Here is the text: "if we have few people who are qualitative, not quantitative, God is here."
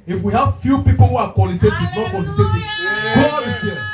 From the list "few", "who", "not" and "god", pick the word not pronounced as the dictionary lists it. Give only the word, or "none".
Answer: god